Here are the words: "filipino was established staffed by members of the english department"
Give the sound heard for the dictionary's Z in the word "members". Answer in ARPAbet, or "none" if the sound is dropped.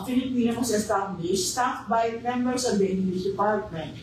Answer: S